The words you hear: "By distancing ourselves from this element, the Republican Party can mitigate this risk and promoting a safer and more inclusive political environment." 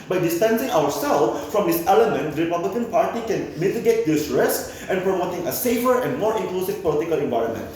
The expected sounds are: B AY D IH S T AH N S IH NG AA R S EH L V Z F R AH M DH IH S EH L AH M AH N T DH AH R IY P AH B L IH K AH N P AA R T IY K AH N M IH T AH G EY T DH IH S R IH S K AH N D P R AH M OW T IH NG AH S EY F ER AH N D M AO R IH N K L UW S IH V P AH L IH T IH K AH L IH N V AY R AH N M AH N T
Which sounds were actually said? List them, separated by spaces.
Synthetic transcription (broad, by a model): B AY D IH S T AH N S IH NG AA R S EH L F F R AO M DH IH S EH L AH M AH N T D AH R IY P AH B L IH K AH N P AA R T IY K AH N M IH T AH G EY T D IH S R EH S AH N P R AH M OW T IH NG AH S EY F ER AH N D M AO R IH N K L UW S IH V P AH L IH T IH K AH L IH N V AY R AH N M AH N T